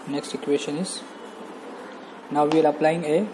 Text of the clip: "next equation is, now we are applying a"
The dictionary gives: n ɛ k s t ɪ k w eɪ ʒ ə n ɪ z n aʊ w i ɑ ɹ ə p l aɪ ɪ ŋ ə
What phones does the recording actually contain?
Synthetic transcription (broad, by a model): n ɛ k s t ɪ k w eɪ ʃ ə n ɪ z n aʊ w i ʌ l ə p l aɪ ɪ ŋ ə